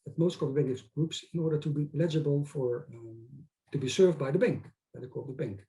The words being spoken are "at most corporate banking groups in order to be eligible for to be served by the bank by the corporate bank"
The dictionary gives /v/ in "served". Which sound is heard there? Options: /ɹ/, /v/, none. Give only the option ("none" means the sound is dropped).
/v/